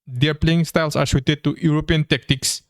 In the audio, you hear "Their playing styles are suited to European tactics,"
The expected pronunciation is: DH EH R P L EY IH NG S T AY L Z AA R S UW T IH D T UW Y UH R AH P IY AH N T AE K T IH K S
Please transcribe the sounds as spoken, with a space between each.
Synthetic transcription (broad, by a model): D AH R P L EY IH NG S T AY L S AA R SH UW T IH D T UW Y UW R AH P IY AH N T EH K T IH K S